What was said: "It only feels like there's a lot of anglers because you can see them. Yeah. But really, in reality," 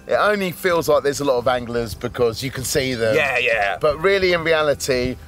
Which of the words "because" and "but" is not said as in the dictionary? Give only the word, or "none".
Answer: none